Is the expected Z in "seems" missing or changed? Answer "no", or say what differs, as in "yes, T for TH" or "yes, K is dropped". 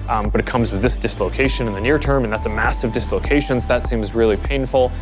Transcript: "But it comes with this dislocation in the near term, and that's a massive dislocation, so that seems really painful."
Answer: no